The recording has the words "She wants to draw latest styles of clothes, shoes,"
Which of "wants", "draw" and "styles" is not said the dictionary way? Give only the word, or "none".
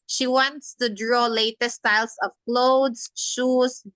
styles